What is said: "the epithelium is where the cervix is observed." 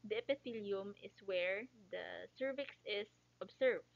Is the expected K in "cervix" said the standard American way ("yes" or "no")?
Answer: yes